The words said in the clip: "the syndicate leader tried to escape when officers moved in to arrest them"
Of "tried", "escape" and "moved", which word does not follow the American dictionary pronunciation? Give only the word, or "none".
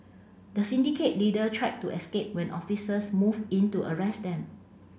moved